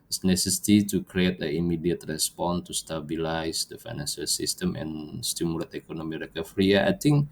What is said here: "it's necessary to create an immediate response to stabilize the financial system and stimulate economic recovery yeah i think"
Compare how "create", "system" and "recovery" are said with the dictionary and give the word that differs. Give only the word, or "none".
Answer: recovery